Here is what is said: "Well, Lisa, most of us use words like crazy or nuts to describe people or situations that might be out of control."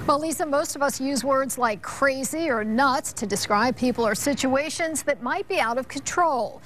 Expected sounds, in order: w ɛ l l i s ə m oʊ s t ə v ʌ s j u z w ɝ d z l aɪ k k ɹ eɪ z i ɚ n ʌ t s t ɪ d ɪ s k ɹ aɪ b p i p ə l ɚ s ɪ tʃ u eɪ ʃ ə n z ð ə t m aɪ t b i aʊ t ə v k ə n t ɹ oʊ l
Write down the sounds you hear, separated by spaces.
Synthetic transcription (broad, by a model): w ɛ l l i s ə m oʊ s t ə v ʌ s j u z w ɝ d z l aɪ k k ɹ eɪ z i ɚ n ʌ t s t ɪ d ɪ s k ɹ aɪ b p i p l ɚ s ɪ tʃ u eɪ ʃ ə n z ð ə t m aɪ t b i aʊ t ə v k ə n t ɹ oʊ l